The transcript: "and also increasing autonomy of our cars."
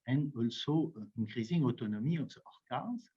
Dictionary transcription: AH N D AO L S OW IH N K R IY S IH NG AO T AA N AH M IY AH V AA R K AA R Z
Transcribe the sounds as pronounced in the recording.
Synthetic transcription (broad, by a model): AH N AO L S OW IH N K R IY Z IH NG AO T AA N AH M IY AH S AA R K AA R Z